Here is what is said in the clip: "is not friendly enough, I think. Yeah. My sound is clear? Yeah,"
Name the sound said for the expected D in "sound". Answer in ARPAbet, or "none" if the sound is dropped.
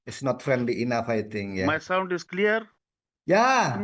D